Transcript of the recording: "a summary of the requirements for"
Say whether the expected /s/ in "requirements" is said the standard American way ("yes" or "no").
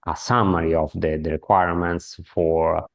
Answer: yes